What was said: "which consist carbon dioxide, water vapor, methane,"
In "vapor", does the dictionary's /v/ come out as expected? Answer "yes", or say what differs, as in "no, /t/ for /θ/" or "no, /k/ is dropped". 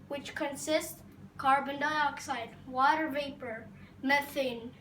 yes